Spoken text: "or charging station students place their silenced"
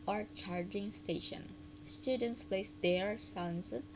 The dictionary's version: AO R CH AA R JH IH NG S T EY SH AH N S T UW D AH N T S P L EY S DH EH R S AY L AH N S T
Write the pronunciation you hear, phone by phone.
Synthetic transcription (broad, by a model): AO R CH AA R JH IH NG S T EY SH AH N S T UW D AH N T S P L EY S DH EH R S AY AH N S